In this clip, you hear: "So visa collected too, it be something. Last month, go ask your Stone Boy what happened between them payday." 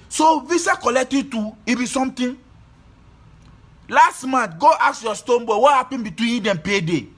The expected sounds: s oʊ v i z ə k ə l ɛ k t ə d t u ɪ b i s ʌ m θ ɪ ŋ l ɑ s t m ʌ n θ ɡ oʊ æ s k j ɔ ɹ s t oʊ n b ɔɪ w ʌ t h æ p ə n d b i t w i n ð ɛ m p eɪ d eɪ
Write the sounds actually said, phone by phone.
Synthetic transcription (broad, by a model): s oʊ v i s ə k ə l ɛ k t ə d t u ɪ b i s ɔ m t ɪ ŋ l ɑ s t m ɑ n t ɡ oʊ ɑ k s j ɔ s t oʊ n b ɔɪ w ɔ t h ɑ p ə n b i t w i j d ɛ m p eɪ d eɪ